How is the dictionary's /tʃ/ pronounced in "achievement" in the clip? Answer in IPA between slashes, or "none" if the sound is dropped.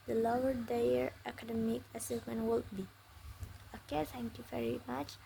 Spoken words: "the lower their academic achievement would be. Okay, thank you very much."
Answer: /s/